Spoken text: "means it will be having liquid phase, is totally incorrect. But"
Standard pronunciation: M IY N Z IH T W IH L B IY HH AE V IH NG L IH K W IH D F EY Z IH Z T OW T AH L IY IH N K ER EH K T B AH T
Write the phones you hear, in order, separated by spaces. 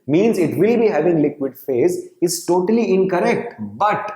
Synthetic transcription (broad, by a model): M IY N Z IH T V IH L B IY HH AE V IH NG L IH K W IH D F EY Z IH Z T OW T AH L IY IH N K ER EH K T B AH T